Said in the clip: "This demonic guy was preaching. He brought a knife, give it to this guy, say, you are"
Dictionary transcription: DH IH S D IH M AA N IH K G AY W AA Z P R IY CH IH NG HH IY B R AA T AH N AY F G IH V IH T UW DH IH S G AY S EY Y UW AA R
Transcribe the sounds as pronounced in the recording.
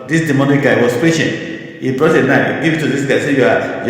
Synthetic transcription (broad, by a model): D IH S D IH M AA N IH K G AY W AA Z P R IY SH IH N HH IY B R AA T AH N AY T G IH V IH T UW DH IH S G AY S EY Y UW AA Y